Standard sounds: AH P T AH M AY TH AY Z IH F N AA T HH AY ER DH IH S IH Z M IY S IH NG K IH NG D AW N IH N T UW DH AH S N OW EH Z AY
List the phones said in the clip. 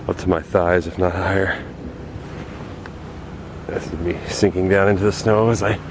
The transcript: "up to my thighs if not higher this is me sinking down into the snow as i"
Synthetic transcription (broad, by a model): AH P T AH M AY TH AY Z IH F N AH T HH AY ER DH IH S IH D M IY S IH NG K IH NG D AW N IH N T UW DH AH S N OW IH Z AY